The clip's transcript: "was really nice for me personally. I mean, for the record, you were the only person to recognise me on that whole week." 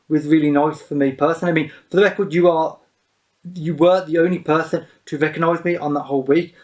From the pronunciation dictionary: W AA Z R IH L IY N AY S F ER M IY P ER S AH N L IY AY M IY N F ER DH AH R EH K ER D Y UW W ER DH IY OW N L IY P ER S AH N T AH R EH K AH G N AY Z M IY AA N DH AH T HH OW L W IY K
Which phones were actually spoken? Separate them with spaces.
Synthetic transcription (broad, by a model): W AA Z R IH L IY N AY S F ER M IY P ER S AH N IY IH M IY N F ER DH AH R EH K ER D Y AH W ER DH IY OW N L IY P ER S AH N T AH R EH K AH G N AY Z M IY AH N DH AH T HH OW L W IY K